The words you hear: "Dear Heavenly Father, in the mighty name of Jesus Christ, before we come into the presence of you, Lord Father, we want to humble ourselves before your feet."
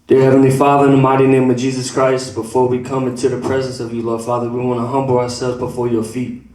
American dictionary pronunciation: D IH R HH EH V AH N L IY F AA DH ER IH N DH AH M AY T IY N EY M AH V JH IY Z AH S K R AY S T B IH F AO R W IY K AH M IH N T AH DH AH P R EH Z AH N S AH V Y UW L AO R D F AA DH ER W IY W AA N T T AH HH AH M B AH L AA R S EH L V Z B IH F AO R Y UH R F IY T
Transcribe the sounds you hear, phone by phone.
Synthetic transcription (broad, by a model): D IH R HH EH V AH N L IY F AA DH ER IH N DH AH M AY T IY N EY M AH V JH IY Z AH S K R AY S T B IH F AO R W IY K AH M IH N T AH DH AH P R EH Z AH N S AH V Y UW L AO R D F AA DH ER W IY W AA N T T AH HH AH M B L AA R S EH L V Z B IH F AO R Y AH R F IY T